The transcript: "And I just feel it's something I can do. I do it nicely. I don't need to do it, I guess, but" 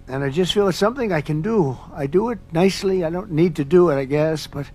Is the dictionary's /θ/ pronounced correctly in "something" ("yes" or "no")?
yes